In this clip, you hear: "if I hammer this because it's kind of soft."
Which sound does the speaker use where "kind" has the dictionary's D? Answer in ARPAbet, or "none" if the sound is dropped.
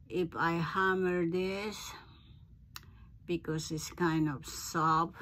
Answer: D